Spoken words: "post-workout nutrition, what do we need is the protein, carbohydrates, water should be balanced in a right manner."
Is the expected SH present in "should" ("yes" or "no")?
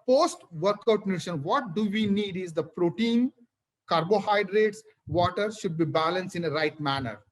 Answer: yes